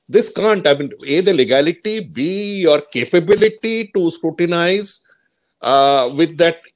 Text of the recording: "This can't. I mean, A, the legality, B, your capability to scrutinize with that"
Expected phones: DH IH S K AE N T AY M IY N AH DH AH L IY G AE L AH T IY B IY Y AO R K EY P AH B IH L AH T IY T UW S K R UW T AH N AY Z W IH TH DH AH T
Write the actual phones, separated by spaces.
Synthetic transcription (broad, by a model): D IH S K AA N T AY M IY N AH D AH L IY G AE L AH T IY B IY Y AO R K EY P AH B IH L AH T IY T UW S K R UW T AH N AY Z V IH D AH T